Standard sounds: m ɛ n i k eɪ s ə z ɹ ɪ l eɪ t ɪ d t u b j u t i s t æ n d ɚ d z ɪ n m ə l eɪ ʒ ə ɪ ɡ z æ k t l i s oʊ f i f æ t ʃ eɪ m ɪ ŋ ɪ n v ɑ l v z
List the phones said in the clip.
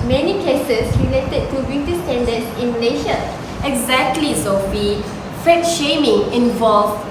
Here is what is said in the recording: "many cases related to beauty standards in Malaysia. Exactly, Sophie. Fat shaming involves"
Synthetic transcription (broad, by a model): m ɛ n i k eɪ s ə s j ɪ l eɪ t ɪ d t u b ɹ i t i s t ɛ n d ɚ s ɪ n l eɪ ʃ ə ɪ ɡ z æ k t l i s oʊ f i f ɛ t ʃ eɪ m ɪ ŋ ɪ n v ɑ l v